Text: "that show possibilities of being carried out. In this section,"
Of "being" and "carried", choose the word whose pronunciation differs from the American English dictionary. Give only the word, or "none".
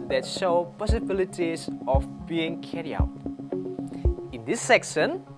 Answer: carried